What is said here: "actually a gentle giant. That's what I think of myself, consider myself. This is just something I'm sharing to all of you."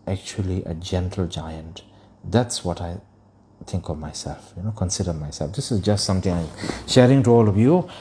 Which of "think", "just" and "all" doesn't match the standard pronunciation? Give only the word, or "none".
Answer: think